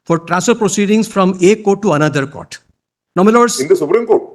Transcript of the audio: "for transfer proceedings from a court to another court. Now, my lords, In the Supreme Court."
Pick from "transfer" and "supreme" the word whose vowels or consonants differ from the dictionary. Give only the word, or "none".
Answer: transfer